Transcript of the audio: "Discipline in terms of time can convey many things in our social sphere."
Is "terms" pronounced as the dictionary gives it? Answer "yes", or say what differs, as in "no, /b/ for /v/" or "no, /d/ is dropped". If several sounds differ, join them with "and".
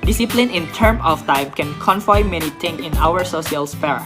no, /z/ is dropped